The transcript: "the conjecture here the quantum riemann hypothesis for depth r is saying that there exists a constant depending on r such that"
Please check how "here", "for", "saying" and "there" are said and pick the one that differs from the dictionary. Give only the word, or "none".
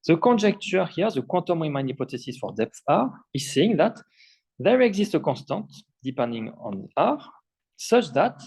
none